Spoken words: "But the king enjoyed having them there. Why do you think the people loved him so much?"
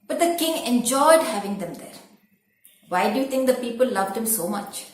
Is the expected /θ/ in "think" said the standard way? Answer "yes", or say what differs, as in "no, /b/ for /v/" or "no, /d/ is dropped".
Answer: no, /t/ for /θ/